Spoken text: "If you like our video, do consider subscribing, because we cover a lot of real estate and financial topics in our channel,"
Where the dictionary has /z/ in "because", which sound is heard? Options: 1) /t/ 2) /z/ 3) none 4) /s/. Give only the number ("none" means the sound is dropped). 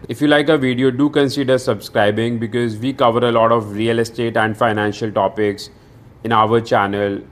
2